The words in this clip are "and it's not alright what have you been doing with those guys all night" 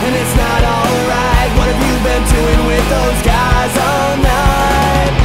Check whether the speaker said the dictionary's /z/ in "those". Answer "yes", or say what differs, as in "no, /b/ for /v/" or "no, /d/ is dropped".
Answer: yes